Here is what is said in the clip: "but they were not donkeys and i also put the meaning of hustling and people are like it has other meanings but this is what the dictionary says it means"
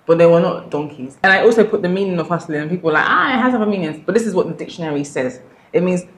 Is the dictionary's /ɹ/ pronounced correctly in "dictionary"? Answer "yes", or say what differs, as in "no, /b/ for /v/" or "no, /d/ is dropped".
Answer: yes